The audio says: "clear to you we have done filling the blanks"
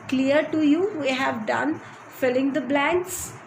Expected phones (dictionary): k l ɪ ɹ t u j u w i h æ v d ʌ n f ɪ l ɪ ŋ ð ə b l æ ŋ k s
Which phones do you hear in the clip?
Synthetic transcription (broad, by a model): k l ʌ ɹ t u j u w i h æ v d ʌ n f ɪ l ɪ ŋ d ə b l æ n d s